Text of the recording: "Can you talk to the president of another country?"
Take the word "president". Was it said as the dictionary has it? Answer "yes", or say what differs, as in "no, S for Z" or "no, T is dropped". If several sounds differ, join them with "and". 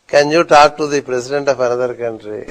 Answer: no, S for Z